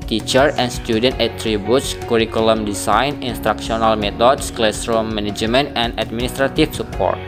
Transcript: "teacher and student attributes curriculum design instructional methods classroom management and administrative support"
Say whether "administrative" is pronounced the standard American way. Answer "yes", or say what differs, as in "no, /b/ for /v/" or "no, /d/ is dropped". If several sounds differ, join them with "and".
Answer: no, /f/ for /v/